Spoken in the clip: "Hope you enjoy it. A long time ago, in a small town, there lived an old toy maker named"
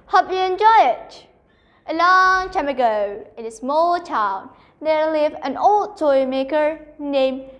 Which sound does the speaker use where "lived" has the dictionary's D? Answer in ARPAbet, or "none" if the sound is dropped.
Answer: none